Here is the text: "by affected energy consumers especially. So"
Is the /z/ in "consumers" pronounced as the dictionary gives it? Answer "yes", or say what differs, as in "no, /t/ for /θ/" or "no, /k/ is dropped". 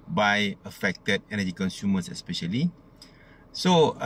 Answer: no, /s/ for /z/